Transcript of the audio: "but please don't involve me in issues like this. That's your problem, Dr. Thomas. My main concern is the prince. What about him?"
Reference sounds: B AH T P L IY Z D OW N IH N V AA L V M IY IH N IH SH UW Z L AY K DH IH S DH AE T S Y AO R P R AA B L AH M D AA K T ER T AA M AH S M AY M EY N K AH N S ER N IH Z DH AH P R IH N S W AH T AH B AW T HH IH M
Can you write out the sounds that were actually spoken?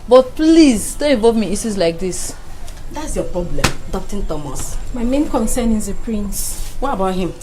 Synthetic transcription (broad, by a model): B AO T P L IY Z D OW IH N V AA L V M IY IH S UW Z L AY K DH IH S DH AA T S Y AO P R AA B L AH M D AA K T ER T AA M AH S M AY M EY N K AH N S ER N IH Z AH P R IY N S W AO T AH B AW T HH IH M